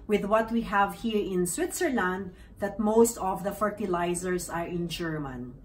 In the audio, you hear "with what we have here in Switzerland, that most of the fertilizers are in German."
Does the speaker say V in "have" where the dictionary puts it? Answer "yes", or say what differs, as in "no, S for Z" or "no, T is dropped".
yes